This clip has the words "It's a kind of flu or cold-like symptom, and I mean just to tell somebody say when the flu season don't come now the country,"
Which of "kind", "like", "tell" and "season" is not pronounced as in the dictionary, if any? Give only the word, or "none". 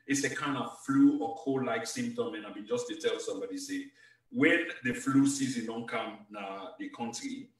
none